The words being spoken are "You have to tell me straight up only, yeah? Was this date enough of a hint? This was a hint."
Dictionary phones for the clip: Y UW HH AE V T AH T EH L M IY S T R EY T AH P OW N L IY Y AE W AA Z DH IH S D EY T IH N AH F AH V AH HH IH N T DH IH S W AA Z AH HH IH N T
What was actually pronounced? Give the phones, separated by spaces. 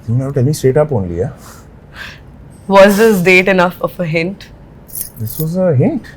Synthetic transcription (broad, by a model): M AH T EH L M IY S T EY T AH P OW N L IY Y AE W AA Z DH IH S D EY T IH N AH F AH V AH HH IH N T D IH S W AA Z AH HH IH N T